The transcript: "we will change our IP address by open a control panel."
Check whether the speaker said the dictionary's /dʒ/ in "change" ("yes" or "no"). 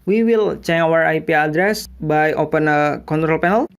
no